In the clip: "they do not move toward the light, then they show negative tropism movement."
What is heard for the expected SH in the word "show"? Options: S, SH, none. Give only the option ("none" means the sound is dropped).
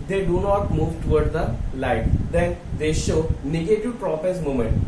SH